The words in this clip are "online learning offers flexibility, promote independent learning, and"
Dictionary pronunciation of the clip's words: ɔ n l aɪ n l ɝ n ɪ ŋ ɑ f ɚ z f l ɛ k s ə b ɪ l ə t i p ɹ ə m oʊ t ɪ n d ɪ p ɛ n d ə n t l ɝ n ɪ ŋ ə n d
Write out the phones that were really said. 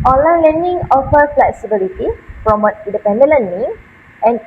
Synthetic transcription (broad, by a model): ɔ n l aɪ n l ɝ n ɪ ŋ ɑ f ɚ f l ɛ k s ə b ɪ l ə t i f ɹ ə m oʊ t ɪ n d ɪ p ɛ n d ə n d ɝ n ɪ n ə n